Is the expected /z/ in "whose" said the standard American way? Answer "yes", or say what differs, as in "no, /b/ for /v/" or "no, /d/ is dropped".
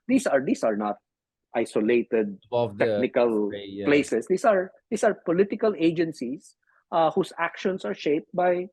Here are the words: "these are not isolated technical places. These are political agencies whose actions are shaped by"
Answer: no, /s/ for /z/